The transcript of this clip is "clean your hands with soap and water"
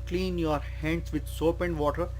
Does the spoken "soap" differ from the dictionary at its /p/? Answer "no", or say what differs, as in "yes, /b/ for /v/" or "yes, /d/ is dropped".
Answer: no